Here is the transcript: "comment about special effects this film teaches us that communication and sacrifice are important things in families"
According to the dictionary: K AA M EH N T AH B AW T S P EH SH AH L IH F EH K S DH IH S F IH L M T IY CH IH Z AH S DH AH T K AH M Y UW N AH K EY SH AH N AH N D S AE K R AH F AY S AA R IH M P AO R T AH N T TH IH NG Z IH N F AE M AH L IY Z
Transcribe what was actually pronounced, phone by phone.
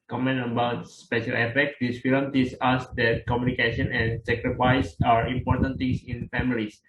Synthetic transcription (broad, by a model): K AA M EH N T AH B AW T S P EH SH AH L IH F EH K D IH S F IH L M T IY S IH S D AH T K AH M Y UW N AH K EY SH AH N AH N S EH K R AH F AY S AA R IH M P AO R T AH N T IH NG S IH N F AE M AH L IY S